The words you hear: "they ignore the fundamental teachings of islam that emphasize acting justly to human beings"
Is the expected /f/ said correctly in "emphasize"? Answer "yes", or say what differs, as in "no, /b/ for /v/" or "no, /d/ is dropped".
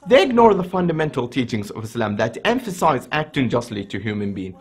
yes